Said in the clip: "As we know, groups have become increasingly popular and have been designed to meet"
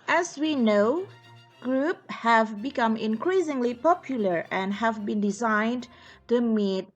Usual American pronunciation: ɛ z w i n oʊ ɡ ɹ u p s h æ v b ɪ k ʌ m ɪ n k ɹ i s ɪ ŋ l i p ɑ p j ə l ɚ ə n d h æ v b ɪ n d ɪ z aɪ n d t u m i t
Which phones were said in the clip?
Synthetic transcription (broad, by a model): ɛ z w i n oʊ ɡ ɹ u p h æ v b ɪ k ʌ m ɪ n k ɹ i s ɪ ŋ l i p ɑ p j ə l ɚ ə n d h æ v b ɪ n d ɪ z aɪ n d t u m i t